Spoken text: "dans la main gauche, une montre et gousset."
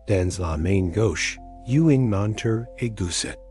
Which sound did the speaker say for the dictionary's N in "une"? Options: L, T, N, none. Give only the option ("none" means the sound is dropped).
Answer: none